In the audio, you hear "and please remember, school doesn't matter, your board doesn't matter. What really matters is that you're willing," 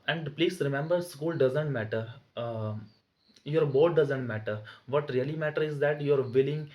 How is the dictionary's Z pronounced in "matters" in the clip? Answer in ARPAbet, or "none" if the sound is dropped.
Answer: none